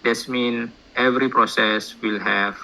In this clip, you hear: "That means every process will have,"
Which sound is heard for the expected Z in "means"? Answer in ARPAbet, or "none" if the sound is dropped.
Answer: none